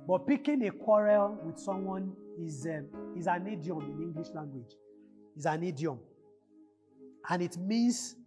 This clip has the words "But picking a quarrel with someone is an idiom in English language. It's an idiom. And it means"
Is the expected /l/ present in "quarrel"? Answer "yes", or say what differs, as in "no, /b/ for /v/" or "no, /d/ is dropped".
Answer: yes